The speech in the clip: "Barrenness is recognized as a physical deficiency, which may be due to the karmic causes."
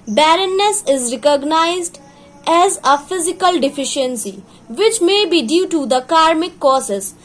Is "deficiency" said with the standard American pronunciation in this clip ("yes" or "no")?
yes